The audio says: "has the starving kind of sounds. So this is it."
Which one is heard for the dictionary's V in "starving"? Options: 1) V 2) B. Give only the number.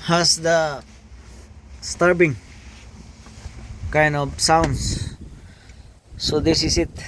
2